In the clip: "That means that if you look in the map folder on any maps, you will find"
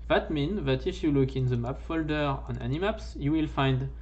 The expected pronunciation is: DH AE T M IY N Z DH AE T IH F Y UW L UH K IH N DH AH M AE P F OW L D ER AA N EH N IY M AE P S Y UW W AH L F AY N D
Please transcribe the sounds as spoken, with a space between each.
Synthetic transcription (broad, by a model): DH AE T M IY N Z DH AE T IH F Y UW L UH K IH N DH AH M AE P F OW L D ER AA N EH N IY M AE P S Y UW W AH L F AY N D